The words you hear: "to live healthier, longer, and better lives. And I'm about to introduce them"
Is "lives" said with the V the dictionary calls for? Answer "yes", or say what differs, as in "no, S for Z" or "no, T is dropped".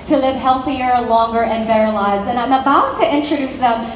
no, V is dropped